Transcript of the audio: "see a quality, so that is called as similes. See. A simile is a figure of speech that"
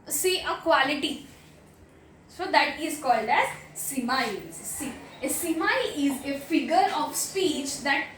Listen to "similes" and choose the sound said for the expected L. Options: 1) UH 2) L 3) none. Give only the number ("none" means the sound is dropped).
3